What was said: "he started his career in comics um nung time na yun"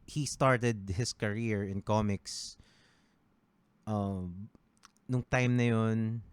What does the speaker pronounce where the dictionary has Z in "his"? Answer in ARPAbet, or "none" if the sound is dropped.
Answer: S